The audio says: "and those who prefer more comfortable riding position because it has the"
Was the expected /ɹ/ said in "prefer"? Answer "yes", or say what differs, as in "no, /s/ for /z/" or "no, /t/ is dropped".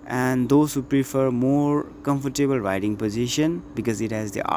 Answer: yes